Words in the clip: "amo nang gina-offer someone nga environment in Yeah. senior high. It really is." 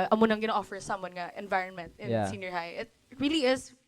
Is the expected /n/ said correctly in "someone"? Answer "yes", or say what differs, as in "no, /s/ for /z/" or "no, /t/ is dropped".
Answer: yes